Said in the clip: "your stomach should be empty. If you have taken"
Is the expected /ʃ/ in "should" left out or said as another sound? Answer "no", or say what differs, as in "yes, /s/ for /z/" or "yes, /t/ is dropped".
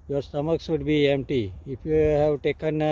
yes, /s/ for /ʃ/